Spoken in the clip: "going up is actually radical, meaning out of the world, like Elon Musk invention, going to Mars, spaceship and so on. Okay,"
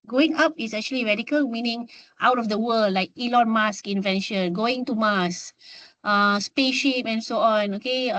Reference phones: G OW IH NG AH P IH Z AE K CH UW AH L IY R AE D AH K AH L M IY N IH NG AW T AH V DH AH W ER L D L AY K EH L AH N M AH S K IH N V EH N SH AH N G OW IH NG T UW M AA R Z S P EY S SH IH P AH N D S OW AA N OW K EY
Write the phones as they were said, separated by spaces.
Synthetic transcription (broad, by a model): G OW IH NG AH P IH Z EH K CH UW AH L IY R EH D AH K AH L M IY N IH NG AW T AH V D AH W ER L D L AY K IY L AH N M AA S K IH N V EH N SH AH N G OW IH NG T UW M AA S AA S P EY SH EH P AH N S OW AA N OW K EY